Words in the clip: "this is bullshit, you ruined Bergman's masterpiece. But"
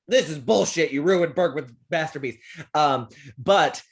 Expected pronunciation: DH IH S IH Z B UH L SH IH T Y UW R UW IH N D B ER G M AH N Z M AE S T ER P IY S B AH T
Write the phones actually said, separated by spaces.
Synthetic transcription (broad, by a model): DH IH S IH Z B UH L SH IH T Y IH R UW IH N B ER G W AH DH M AE S T ER B IY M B AH T